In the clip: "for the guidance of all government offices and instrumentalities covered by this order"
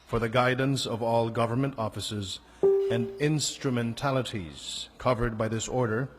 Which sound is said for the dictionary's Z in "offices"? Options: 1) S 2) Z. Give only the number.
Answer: 2